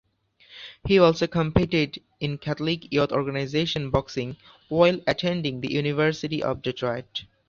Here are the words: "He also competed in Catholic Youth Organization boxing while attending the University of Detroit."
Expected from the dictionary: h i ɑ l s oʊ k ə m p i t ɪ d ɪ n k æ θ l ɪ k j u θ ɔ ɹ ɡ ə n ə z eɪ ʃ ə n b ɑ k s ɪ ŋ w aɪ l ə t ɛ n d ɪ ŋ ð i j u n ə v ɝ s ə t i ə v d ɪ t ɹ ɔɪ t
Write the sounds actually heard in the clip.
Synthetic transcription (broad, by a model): h i ɑ l s oʊ k ə m p i t ɪ d ɪ n k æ t l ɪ k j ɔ t ɔ ɹ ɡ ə n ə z eɪ ʃ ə n b ɑ k s ɪ ŋ w aɪ l ə t ɛ n d ɪ ŋ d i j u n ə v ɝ s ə t i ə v d ɪ t ɹ ɔɪ t